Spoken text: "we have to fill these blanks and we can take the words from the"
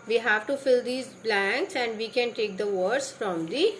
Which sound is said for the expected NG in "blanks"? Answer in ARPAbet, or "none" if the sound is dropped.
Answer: NG